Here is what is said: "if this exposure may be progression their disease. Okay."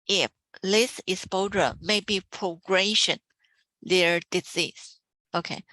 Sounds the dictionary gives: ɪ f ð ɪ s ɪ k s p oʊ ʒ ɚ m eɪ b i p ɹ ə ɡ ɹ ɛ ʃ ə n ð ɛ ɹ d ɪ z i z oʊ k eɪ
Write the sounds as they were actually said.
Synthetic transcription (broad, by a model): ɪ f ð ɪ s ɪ s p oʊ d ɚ m eɪ b i p ɹ ə ɡ ɹ ɛ ʃ ə n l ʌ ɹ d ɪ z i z oʊ k eɪ